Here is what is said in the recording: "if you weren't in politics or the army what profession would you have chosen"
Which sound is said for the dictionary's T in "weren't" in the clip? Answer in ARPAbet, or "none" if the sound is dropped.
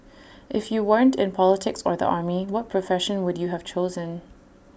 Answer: T